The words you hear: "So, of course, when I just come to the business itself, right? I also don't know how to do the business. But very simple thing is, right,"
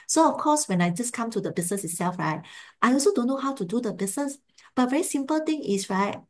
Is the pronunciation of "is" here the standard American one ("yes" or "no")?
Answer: no